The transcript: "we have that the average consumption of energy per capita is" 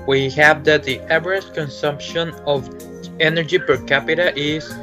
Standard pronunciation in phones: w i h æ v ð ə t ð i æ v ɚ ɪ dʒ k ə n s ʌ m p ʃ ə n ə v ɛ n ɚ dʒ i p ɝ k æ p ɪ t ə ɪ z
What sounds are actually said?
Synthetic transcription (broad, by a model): w i h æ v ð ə t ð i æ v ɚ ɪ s k ə n s ʌ m p ʃ ə n ə v ɛ n ɚ dʒ i p ɝ k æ p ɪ t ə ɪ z